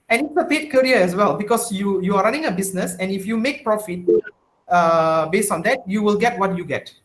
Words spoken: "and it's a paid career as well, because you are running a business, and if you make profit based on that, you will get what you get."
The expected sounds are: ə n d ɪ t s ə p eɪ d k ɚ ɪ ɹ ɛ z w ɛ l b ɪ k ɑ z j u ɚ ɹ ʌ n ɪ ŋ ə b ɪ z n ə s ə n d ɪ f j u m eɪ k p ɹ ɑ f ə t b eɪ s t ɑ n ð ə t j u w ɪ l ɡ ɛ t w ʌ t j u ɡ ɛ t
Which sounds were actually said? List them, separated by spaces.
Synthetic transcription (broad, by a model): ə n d ɪ t s ə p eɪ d k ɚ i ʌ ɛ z w ɛ l b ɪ k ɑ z j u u ɹ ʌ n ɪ ŋ ə b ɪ s n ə s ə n ɪ f j u m eɪ k p ɹ ɑ f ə t b eɪ s t ɑ n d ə t j u w ɪ l ɡ ɛ t w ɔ t j u ɡ ɛ t